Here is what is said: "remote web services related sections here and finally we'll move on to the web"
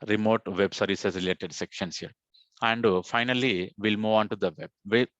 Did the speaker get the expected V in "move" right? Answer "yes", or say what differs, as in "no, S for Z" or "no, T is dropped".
yes